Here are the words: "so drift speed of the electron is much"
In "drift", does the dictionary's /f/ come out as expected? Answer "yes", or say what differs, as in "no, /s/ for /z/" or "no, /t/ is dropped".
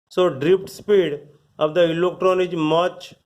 no, /p/ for /f/